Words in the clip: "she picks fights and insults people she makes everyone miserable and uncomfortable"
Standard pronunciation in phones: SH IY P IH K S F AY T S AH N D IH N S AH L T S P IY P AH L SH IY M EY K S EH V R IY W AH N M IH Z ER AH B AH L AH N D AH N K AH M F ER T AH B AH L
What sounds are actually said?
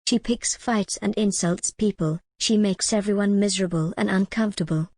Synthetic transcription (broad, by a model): SH IY P IH K S F AY T S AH N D IH N S AH L T S P IY P AH L SH IY M EY K S EH V R IY W AH N M IH Z ER AH B AH L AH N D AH N K AH M F T AH B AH L